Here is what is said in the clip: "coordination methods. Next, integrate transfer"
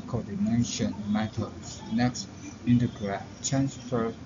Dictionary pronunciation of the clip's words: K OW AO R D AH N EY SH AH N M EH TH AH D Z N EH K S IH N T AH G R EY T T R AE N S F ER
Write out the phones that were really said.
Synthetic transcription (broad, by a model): K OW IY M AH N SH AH N M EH T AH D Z N EH K S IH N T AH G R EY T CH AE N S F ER